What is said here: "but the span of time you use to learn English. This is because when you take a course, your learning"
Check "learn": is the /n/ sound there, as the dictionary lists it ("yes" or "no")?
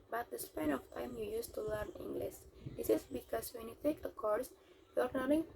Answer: yes